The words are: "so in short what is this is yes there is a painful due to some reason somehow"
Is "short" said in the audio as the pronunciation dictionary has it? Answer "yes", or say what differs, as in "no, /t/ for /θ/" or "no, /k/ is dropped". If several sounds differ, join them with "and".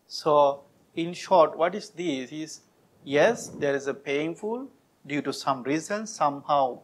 yes